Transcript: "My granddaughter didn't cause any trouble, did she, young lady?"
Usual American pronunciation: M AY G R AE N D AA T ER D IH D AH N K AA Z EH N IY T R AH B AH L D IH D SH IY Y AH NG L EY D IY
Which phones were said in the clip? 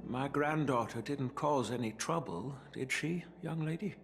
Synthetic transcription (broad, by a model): M AY G R AE N D AA T ER D IH D N K AA Z EH N IY T R AH B AH L D IH D SH IY Y AH NG L EY D IY